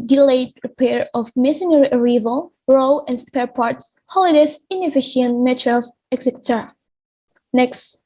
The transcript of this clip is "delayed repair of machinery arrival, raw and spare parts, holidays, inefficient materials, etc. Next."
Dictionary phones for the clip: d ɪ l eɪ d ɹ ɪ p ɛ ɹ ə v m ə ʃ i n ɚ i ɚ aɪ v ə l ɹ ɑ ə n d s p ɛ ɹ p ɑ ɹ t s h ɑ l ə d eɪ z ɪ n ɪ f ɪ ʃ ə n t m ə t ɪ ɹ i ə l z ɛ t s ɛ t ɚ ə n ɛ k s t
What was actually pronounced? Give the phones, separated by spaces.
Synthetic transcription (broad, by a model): d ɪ l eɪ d ɹ ɪ p ɛ ɹ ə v m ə s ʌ n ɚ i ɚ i v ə l ɹ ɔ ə n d s p ɛ ɹ p ɑ ɹ t s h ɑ l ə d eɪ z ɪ n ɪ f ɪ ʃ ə n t m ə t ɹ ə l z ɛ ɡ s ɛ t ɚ n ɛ k s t